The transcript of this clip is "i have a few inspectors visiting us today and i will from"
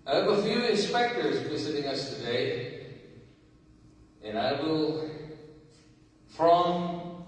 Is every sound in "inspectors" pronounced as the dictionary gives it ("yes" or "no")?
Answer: yes